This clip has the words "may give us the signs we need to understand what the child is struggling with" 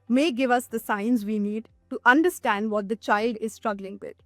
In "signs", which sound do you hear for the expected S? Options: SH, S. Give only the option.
S